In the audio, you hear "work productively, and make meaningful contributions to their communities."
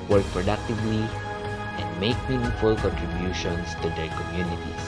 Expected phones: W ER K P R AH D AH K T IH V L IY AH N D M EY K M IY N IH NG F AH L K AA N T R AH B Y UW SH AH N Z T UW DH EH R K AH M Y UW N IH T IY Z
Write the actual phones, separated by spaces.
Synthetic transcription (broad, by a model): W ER K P R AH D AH K T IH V L IY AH N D M EY K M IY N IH F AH L K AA N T R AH B Y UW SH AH N S T UW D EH R K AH M Y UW N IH T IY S